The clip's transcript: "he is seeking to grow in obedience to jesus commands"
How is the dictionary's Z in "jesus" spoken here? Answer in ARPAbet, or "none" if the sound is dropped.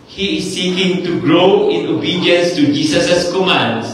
S